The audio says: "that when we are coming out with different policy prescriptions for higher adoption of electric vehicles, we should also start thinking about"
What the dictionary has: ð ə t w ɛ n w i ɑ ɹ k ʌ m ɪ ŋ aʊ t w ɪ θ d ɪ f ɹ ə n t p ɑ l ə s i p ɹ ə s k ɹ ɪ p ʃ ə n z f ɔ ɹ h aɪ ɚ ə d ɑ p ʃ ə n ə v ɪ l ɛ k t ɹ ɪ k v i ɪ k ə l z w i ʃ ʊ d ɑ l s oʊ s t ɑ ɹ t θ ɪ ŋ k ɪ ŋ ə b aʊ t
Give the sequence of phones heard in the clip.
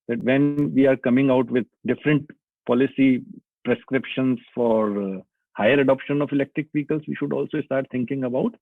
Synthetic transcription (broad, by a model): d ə t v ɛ n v i ɑ ɹ k ʌ m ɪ ŋ aʊ t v ɪ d d ɪ f ɹ ə n t p ɑ l ə s i p ɹ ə s k ɹ ɪ p ʃ ə n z f ɔ ɹ h aɪ ɚ ə d ɑ p ʃ ə n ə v ɪ l ɛ k t ɹ ɪ k p i k ə l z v i ʃ ʊ d ɑ l s oʊ s t ɑ ɹ t t ɪ ŋ k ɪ ŋ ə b aʊ t